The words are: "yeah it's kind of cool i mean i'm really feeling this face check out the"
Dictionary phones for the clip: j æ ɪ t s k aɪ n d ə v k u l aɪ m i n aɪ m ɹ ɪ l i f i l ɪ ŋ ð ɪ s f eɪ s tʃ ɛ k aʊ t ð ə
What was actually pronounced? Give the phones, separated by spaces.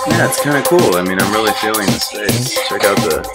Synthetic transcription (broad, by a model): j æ ɪ t s k aɪ n d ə k u l aɪ m i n aɪ m ɹ ɪ l i f i l ɪ ŋ ð ɪ s p eɪ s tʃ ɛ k aʊ t ð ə